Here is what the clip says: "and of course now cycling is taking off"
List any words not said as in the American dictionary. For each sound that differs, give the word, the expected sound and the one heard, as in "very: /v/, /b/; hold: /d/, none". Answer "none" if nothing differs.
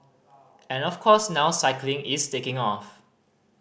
of: /v/, /f/; is: /z/, /s/